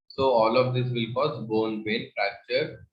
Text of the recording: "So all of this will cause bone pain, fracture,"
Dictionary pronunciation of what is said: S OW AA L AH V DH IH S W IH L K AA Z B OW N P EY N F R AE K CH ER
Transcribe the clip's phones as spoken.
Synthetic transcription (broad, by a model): S OW AA L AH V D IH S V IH L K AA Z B OW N B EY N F R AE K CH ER